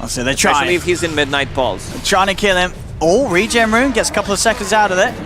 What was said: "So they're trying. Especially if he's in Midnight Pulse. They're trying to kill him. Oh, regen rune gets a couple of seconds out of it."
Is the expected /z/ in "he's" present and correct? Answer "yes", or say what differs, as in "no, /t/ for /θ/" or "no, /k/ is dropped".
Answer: yes